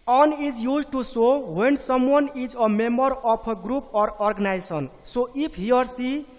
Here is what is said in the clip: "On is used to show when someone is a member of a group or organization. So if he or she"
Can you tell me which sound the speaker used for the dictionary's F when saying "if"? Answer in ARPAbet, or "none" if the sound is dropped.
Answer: P